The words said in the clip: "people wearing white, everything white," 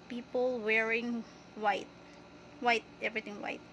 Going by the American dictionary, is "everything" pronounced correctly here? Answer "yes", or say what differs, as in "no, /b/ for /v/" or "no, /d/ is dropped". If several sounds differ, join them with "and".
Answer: no, /t/ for /θ/